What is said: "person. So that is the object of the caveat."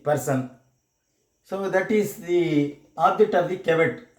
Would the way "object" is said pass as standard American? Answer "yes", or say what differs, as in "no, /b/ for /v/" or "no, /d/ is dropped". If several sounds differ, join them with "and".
no, /k/ is dropped